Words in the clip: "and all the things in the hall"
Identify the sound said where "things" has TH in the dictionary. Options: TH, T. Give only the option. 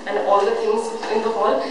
T